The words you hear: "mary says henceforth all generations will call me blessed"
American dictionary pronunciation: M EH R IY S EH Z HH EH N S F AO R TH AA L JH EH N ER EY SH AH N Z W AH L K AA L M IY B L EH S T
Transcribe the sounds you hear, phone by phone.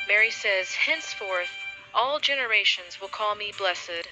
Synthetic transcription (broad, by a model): M EH R IY S EH Z HH EH N S F AO R TH AA L JH EH N ER EY SH AH N Z W AH L K AA L M IY B L EH S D